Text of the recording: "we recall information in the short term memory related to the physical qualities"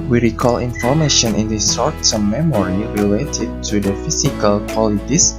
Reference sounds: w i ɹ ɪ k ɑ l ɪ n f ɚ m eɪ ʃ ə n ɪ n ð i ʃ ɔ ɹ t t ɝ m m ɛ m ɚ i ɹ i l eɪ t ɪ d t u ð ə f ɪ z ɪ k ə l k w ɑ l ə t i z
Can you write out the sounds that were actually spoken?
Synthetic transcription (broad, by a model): w i ɹ ɪ k ɑ l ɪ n f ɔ m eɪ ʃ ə n ɪ n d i s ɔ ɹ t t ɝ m m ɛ m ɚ i ɹ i l eɪ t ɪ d t u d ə f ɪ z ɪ k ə l k w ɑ l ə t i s